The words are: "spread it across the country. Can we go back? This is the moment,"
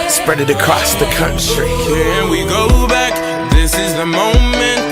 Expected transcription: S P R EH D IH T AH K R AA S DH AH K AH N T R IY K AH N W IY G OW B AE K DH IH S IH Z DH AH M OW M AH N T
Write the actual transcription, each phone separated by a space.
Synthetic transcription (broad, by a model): S P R EH D IH T AH K R AA S DH AH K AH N S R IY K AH N W IY G OW B AE K DH IH S IH Z DH AH M OW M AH N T